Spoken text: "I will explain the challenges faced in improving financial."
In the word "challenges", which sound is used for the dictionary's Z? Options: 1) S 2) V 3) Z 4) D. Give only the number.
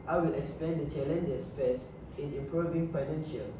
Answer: 1